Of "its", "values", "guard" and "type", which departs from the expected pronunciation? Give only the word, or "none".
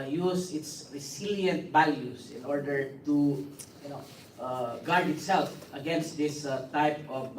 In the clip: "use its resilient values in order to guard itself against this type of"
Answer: values